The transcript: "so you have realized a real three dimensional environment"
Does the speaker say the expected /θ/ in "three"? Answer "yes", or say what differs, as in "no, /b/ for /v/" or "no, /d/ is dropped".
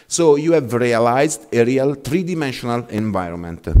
no, /t/ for /θ/